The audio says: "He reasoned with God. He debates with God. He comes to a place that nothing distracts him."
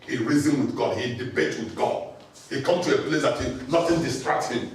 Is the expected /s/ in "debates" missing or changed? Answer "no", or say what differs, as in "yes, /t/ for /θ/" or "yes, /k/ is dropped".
yes, /s/ is dropped